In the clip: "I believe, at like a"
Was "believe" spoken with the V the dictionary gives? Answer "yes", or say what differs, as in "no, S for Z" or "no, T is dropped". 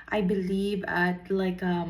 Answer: yes